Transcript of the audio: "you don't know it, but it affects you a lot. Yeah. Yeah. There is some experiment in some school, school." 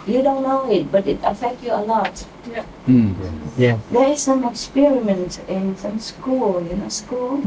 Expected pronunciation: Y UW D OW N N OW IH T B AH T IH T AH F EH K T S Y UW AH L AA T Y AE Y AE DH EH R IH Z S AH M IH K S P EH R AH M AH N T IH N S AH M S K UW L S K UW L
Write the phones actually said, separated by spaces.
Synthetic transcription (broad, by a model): Y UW D OW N N OW IH T B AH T IH T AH F EH K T Y UW AH L AA T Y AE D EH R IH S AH M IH K S P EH R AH M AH N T IH N S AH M S K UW L S K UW L